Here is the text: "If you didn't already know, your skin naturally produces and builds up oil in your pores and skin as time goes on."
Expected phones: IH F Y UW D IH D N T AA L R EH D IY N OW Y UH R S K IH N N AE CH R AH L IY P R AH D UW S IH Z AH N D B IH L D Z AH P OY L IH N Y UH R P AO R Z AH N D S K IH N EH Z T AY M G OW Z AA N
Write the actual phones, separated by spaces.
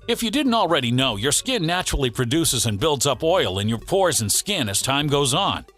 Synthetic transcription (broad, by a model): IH F Y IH D IH D N T L R EH D IY N OW Y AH R S K IH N N AE CH R L IY P R AH D UW S IH Z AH N B IH L D Z AH P OY L IH N Y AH R P AO R Z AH N S K IH N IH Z T AY M G OW Z N